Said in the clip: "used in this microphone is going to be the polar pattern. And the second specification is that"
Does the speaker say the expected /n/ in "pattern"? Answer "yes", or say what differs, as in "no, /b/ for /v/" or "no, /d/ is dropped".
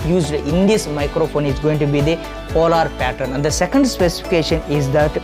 yes